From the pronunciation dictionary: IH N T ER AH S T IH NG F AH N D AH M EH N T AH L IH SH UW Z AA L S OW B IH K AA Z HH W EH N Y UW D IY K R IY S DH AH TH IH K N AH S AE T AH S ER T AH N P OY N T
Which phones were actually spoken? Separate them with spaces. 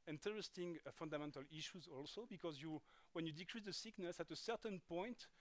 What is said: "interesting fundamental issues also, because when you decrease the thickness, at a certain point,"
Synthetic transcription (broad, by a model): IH N T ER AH S T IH NG F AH N D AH M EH N T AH L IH SH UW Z AA L S OW B IH K AA Z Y W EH N Y UW D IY K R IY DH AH S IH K N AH S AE T AH S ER T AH N P OY N T